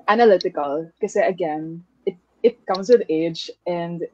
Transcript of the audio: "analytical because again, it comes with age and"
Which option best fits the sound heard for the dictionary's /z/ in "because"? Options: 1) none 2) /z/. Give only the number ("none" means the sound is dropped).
1